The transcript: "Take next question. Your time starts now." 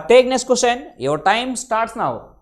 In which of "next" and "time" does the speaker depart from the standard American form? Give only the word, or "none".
next